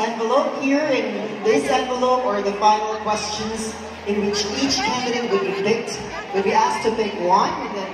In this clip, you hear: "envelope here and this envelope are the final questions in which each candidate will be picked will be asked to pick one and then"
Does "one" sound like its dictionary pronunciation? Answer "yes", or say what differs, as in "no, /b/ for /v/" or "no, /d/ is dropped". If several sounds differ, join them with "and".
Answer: no, /n/ is dropped